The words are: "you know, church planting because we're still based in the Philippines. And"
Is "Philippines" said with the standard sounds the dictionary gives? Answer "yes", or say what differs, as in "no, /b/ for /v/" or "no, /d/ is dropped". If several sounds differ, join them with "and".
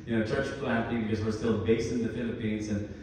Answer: yes